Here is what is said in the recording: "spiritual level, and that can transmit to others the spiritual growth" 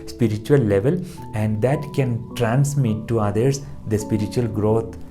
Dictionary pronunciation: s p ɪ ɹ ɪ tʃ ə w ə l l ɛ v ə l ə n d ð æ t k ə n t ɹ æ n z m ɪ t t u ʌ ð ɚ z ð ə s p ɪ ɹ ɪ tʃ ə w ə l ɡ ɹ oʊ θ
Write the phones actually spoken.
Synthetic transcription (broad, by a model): s p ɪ ɹ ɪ tʃ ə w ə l l ɛ v ə l ə n d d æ t k ə n t ɹ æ n s m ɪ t t u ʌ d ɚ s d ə s p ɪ ɹ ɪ tʃ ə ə l ɡ ɹ oʊ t